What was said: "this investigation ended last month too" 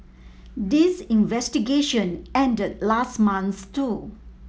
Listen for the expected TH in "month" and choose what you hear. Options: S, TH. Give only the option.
S